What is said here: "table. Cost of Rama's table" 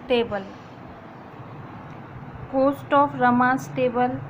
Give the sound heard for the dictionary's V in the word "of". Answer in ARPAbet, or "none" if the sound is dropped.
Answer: P